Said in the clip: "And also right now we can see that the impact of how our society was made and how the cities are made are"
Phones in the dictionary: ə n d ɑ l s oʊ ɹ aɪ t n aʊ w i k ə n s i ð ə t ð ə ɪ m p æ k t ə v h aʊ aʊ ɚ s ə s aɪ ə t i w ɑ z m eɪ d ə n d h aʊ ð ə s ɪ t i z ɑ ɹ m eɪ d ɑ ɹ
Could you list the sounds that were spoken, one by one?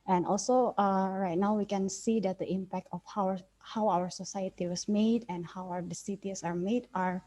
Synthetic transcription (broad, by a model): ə n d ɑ l s oʊ ɹ aɪ t n aʊ w i k ə n s i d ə t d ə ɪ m p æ k t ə w h aʊ aʊ ɚ s ə s aɪ ə t i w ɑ s m eɪ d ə n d h aʊ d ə s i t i s ɑ ɹ m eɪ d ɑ ɹ